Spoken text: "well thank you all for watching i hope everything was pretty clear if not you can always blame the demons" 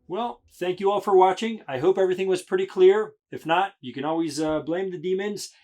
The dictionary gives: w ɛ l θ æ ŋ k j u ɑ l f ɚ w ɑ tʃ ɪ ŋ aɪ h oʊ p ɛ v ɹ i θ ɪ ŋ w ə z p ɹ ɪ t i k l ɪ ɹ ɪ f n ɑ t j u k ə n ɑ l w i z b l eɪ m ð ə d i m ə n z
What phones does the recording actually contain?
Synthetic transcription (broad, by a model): w ɛ l θ æ ŋ k j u ɑ l f ɚ w ɑ tʃ ɪ ŋ aɪ h oʊ p ɛ v ɹ i θ ɪ ŋ w ə z p ɹ ɪ t i k l ɪ ɹ ɪ f n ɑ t j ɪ k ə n ɑ l w i z b l eɪ m ð ə d i m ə n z